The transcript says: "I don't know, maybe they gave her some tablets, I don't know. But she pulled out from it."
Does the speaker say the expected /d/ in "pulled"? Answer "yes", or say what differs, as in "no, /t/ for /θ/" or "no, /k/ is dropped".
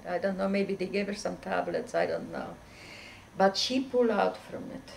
no, /d/ is dropped